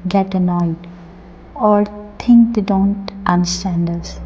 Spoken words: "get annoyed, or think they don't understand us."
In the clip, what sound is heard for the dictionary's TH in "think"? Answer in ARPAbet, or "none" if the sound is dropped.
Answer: T